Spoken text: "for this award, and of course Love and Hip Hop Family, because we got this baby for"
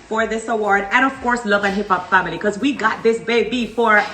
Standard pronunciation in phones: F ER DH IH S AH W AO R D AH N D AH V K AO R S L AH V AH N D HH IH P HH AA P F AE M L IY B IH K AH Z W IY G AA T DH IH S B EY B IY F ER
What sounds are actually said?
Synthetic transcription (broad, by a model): F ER DH IH S AH W AO R D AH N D AH V K AO R S L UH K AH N HH IH P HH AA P F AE M IY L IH K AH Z W IY G AA T DH IH S B EY B IY F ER